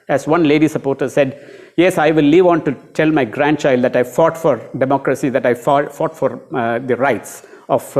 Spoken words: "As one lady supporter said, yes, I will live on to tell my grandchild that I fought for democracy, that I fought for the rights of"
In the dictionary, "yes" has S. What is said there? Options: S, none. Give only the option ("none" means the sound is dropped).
S